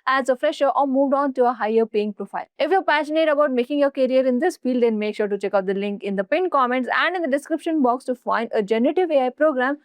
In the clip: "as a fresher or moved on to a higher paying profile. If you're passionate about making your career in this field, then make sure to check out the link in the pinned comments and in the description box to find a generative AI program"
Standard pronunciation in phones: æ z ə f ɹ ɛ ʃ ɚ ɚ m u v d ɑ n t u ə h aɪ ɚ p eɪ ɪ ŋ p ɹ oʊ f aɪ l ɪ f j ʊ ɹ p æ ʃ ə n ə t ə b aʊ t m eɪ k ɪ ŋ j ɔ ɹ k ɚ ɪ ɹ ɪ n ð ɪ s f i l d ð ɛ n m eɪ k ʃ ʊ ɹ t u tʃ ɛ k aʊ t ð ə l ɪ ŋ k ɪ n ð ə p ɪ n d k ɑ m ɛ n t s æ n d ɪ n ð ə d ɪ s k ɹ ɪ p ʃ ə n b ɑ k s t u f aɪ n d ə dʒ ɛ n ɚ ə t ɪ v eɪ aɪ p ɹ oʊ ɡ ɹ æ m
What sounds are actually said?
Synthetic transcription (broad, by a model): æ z ə f ɹ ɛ ʃ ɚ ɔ m u v d ɑ n t u ə h aɪ ɚ p eɪ ɪ ŋ p ɹ oʊ f aɪ l ɪ f j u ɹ p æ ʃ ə n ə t ə b aʊ t m eɪ k ɪ ŋ j ɔ ɹ k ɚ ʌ ɹ ɪ n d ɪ s f i l d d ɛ n m eɪ k ʃ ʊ ɹ t u tʃ ɛ k aʊ t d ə l ɪ ŋ k ɪ n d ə p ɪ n k ɑ m ɛ n t s æ n d ɪ n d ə d ɪ s k ɹ ɪ p ʃ ə n b ɑ k s t u f aɪ n d ə dʒ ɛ n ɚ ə t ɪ v eɪ aɪ p ɹ oʊ ɡ ɹ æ m